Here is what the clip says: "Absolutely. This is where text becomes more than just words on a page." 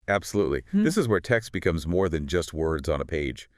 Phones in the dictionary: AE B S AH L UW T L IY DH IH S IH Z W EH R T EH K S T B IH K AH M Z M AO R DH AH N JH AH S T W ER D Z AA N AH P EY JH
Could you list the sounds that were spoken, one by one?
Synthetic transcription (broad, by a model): AE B S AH L UW T L IY DH IH S IH Z W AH R T EH K S T B IH K AH M Z M AO R DH AH N JH AH S T W ER D Z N AH P EY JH